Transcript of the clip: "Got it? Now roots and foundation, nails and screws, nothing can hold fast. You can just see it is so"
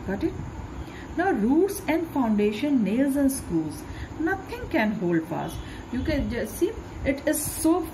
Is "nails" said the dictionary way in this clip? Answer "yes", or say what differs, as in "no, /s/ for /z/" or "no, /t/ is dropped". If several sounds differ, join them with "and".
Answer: yes